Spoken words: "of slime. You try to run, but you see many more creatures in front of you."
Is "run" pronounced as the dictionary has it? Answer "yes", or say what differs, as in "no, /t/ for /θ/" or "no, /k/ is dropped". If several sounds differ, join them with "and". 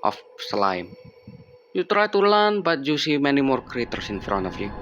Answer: no, /l/ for /ɹ/